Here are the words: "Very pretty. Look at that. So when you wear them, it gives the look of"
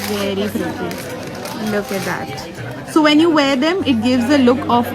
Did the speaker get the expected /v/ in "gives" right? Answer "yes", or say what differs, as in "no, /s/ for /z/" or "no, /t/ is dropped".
yes